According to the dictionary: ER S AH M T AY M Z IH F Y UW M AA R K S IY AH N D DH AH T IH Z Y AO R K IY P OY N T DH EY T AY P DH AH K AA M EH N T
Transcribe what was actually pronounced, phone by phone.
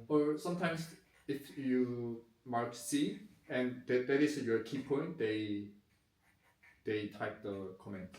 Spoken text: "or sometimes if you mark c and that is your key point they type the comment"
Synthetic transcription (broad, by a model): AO S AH M T AY M S IH F Y UW M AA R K S IY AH N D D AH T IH S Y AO K IY P OY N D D EY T AY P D AH K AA M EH N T